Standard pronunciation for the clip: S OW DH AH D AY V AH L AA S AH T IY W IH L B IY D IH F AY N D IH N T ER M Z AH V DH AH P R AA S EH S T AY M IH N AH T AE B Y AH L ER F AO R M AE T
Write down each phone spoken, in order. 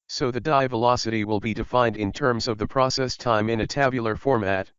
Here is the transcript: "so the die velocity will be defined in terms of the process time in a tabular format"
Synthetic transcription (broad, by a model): S OW DH AH D AY V AH L AA S AH T IY W IH L B IY D IH F AY N D IH N T ER M Z AH V DH AH P R AA S EH S T AY M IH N AH T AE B Y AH L ER F AO R M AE T